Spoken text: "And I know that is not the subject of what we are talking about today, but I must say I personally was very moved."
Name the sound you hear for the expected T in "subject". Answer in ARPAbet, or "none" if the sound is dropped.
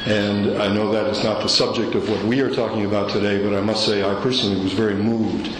T